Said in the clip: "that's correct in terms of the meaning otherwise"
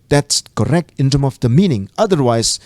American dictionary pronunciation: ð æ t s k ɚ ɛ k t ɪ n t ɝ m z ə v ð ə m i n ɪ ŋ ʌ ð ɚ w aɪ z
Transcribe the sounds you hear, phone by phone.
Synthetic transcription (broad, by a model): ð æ t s k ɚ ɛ k t ɪ n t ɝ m ə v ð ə m i n ɪ ŋ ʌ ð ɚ w aɪ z